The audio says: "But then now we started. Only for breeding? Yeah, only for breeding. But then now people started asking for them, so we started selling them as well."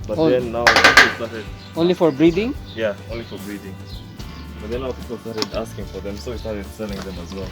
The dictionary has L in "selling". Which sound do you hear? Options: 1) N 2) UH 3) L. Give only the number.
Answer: 1